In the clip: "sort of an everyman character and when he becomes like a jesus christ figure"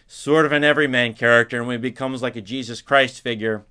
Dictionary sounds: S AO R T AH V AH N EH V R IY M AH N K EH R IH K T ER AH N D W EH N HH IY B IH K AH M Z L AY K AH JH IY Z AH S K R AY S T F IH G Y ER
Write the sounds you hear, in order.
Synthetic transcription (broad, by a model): S AO R T AH V AH N EH V R IY M AH N K EH R IH K T ER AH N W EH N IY B IH K AH M Z L AY K AH JH IY Z AH S K R AY S T F IH G Y ER